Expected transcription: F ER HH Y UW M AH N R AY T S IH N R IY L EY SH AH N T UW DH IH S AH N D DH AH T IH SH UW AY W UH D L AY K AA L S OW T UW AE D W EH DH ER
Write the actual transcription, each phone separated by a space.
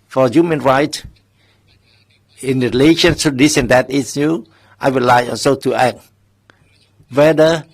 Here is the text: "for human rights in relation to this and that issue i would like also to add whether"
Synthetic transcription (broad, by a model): F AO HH Y UW M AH N R AY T IH N R IY L EY SH AH N T UW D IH S AH N D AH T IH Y UW AY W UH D L AY AA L S OW T UW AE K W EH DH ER